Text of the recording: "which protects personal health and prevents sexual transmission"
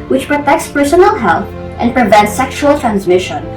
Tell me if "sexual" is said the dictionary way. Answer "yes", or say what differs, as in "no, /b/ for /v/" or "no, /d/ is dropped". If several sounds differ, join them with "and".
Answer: yes